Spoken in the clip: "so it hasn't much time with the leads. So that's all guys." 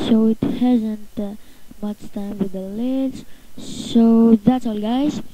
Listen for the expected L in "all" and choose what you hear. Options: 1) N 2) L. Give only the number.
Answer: 2